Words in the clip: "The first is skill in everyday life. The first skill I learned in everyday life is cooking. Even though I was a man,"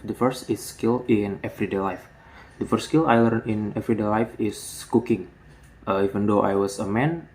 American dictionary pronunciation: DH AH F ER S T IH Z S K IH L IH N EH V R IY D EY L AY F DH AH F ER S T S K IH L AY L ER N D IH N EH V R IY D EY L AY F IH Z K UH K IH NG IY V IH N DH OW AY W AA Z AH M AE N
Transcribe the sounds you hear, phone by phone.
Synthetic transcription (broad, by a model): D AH F ER S T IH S K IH L IH N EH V R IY D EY L AY F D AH F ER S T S K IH L AY L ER N IH N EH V R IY D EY L AY F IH S K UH K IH NG IY V IH N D OW AY W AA S AH M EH N